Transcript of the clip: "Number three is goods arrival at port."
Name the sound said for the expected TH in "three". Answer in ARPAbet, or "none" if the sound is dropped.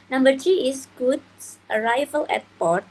T